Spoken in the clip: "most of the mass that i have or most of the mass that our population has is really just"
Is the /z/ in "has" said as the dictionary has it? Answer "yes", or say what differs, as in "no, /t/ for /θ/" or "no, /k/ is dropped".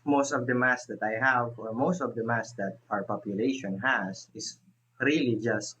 no, /s/ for /z/